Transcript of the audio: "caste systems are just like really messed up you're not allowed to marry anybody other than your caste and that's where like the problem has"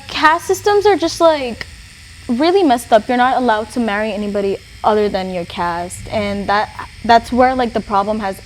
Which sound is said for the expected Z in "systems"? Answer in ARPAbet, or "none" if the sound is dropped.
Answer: Z